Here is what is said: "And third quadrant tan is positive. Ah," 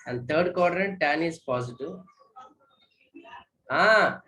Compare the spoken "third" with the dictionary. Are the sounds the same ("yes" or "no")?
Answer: no